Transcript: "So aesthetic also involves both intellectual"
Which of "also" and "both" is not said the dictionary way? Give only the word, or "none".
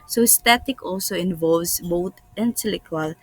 both